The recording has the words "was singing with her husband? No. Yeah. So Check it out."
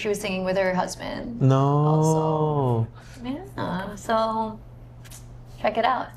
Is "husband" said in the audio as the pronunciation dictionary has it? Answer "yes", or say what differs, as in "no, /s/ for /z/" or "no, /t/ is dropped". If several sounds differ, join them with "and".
yes